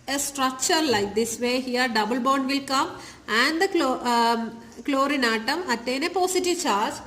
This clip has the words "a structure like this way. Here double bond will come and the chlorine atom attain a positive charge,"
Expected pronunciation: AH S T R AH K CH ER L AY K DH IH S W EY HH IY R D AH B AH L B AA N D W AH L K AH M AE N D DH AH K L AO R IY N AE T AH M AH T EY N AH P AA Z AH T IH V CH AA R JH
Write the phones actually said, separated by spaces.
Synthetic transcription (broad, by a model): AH S T R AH K CH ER L AY K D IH S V EY HH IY R D AH B AH L B AA N D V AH L K AH M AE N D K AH K L AO R IY N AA T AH M AH T EY N AH P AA S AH T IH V CH AA R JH